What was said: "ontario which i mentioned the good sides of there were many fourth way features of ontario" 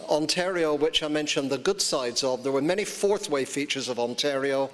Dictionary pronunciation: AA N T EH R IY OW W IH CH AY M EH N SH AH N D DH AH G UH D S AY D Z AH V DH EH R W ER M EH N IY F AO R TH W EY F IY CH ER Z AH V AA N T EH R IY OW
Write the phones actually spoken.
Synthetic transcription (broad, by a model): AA N T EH R IY OW W IH CH AY M EH N SH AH N DH AH G UH D S AY D Z AH V DH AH R W ER M EH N IY F AO R TH W EY F IY CH ER Z AH V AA N T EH R IY OW